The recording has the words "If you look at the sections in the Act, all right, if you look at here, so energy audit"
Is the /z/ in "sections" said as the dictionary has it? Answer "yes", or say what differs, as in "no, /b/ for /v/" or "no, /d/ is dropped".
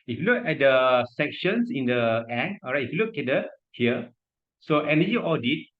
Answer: no, /s/ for /z/